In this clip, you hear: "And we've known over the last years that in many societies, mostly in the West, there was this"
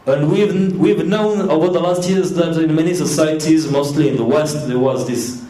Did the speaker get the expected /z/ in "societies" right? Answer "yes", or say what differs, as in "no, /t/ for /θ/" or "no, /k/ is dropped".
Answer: yes